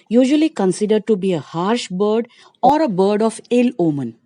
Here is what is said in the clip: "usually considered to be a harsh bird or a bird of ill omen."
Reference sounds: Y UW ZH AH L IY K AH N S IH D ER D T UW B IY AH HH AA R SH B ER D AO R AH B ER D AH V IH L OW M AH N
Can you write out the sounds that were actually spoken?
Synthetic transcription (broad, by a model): Y UW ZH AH L IY K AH N S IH D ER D T UW B IY AH HH AA R SH B ER D AO R AH B ER D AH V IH L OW M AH N